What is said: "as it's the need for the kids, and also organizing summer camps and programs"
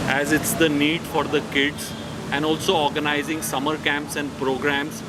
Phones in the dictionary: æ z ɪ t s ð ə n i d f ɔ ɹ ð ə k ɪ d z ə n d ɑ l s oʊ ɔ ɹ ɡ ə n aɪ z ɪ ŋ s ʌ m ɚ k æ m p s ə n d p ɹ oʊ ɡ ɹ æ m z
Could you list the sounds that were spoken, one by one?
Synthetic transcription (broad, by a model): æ z ɪ t s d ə n i d f ɔ ɹ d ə k ɪ d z ə n d ɑ l s oʊ ɔ ɹ ɡ ə n aɪ z ɪ ŋ s ʌ m ɚ k æ m p s ə n d p ɹ oʊ ɡ ɹ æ m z